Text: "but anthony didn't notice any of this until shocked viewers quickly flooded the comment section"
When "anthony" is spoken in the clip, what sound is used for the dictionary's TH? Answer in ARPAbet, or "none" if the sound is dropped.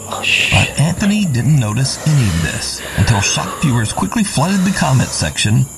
TH